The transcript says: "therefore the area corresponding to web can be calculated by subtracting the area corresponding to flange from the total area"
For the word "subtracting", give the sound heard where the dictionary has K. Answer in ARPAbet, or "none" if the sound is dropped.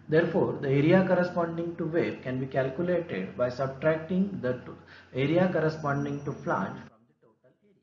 K